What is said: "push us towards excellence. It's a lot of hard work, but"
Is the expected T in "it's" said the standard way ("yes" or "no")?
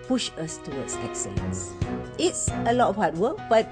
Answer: yes